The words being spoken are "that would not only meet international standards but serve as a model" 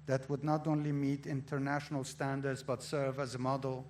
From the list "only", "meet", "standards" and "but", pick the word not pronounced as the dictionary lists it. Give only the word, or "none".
none